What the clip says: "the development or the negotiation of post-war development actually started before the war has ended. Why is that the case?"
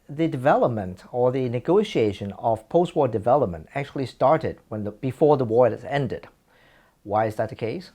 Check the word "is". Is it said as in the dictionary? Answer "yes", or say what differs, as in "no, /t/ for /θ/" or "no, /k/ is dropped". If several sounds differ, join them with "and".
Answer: yes